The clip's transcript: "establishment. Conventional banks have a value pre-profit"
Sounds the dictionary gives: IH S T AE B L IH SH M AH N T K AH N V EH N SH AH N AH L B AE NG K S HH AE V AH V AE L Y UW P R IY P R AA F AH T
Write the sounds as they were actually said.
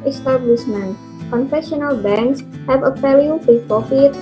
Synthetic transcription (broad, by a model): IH S T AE B L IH SH M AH N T K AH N F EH SH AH N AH L B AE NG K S HH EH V AH F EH L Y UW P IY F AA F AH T